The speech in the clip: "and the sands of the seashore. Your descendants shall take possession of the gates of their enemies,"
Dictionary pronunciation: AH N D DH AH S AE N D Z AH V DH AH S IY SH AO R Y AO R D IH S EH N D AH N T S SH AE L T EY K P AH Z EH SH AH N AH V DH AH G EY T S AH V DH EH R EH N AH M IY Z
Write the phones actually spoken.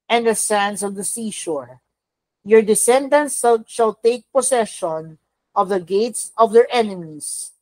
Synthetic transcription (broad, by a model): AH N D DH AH S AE N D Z AH V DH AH S IY SH AO R Y AO R D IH S EH N D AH N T S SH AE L T EY K P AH S EH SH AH N AH V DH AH G EY T S AH V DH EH R EH N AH M IY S